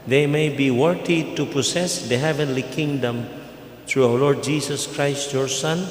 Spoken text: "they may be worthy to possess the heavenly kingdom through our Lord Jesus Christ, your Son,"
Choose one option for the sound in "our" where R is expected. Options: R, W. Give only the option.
W